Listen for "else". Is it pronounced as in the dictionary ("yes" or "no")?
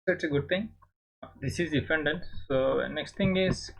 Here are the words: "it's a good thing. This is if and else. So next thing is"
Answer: no